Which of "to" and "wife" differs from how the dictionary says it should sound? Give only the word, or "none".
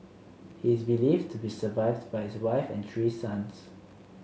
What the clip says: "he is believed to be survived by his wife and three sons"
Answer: none